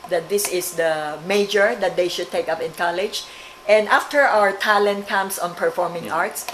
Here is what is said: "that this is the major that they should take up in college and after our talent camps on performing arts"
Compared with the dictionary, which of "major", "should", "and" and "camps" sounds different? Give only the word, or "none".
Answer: camps